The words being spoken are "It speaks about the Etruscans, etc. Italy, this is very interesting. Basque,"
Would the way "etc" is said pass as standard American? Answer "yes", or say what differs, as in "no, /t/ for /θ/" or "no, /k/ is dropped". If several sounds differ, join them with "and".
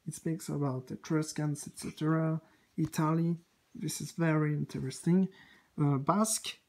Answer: yes